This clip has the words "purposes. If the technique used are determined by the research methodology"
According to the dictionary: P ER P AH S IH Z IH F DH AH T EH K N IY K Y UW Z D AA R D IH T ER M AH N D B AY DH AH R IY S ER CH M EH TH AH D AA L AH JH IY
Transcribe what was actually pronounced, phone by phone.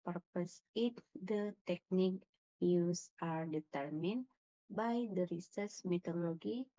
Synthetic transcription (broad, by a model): P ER P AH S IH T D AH T EH K N IY K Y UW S AA R D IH T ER M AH N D B AY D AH R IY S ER S M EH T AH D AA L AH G IY